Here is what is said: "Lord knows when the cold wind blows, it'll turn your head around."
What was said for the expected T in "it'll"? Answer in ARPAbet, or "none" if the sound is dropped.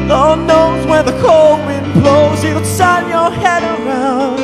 S